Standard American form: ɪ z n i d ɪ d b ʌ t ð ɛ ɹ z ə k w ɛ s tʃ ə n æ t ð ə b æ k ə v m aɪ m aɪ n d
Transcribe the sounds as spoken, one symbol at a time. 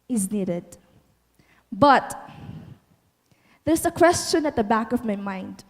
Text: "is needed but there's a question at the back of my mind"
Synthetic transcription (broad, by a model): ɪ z n i d ɪ d b ʌ t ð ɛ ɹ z ə k w ɛ s tʃ ə n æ t ð ə b æ k ə v m aɪ m aɪ n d